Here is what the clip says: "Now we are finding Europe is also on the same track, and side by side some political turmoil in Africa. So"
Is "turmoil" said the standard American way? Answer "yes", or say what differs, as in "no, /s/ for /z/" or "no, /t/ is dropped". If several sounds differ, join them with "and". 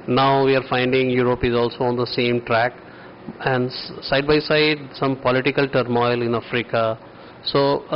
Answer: yes